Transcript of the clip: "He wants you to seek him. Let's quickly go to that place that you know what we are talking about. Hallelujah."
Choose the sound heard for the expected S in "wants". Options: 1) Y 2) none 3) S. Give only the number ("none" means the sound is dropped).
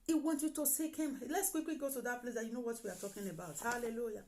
2